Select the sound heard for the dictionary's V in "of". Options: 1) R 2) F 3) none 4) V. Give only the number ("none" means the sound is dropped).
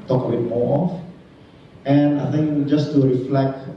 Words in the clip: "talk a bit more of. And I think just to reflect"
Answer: 2